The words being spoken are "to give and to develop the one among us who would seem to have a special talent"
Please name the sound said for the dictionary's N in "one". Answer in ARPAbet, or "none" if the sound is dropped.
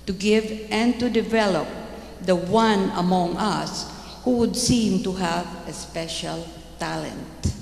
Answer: N